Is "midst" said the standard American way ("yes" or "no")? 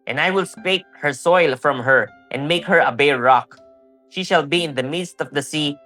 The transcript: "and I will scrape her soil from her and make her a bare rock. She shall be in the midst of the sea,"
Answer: yes